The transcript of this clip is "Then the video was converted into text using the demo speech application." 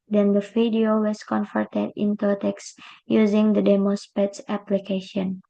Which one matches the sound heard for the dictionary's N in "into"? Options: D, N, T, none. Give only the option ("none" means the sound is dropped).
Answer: N